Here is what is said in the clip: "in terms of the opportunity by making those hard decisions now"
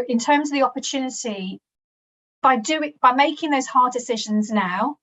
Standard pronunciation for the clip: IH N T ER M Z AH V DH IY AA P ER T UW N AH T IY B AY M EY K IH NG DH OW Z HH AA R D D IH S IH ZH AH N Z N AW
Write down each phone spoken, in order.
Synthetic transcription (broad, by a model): IH N T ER M Z AH V DH IY AA P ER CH UW N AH T IY B AY M EY K IH NG DH OW Z HH AA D D IH S IH ZH AH N Z N AW